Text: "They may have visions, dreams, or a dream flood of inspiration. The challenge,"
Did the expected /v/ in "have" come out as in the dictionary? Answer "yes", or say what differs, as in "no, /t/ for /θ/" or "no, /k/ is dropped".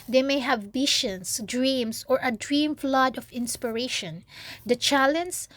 yes